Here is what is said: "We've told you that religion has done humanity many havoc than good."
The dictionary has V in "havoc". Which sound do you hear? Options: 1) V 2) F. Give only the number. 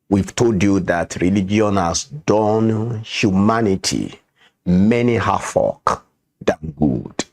2